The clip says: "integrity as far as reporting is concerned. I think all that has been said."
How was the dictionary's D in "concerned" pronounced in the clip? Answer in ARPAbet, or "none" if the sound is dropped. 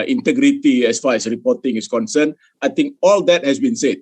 none